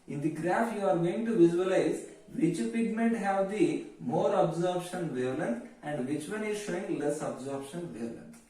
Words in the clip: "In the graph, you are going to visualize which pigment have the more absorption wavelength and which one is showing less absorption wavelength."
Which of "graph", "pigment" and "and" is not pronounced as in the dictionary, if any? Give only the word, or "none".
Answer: none